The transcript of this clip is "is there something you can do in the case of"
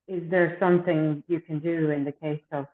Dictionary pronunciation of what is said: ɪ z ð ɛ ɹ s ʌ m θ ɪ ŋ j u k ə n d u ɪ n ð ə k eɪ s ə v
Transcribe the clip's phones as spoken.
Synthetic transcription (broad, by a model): ɪ z ð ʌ ɹ s ʌ m θ ɪ ŋ j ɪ k ə n d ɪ ɪ n ð ə k eɪ s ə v